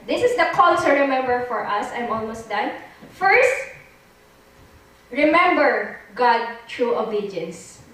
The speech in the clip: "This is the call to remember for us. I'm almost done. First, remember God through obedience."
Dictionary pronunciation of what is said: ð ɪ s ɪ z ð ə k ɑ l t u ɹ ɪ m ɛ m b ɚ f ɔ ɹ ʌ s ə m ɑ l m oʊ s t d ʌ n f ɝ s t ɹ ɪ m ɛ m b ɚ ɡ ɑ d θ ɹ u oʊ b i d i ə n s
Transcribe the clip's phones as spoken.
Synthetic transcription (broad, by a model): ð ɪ s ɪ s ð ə k ɑ l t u ɹ ɪ m ɛ m b ɚ f ɔ ɹ ʌ s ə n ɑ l m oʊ s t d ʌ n f ɝ s t ɹ ɪ m ɛ m b ɚ ɡ ɑ d t ɹ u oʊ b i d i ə n s